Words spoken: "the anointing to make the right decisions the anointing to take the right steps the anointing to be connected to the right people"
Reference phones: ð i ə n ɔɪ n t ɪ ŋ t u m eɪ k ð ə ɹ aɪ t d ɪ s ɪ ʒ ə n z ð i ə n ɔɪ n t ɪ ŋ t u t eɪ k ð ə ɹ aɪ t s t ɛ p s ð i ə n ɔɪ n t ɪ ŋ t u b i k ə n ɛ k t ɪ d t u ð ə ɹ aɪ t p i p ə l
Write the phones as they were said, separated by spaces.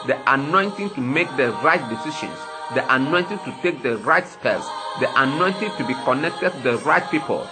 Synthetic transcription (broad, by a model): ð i ə n ɔɪ n t ɪ ŋ t u m eɪ k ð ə ɹ aɪ t d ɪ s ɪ ʃ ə n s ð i ə n ɔɪ n t ɪ ŋ t u t eɪ k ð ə ɹ aɪ t s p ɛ s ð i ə n ɔɪ n t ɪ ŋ t u b i k ə n ɛ k t ɪ d t u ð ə ɹ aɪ t p i p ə l